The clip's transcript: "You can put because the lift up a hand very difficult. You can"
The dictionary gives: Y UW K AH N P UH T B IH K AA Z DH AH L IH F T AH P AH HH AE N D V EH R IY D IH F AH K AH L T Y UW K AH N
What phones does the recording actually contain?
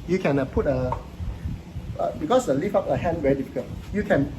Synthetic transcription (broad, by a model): Y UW K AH N P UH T B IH K AA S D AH L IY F AA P AH HH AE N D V EH R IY D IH F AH K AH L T Y UW K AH N